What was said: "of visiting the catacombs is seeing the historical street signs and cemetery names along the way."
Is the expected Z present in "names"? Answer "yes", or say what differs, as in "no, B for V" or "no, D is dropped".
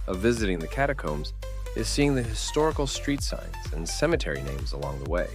yes